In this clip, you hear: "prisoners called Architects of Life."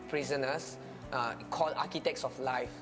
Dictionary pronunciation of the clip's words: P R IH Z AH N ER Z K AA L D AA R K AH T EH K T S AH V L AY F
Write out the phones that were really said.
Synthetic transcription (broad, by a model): P R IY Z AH N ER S K AA L AA K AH T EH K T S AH F L AY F